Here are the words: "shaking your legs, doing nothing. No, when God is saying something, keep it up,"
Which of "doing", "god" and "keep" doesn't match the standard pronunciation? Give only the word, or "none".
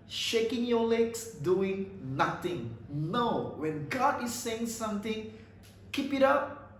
none